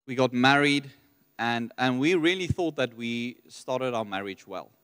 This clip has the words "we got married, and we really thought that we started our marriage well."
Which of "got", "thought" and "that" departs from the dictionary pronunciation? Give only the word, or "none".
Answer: none